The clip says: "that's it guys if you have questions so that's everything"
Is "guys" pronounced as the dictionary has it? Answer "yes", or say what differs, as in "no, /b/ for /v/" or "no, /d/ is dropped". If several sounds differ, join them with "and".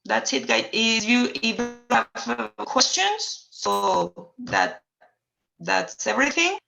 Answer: no, /z/ is dropped